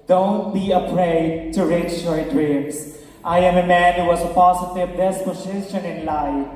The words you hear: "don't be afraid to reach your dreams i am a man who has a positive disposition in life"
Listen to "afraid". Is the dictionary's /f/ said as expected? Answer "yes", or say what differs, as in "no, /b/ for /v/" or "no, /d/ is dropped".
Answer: no, /p/ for /f/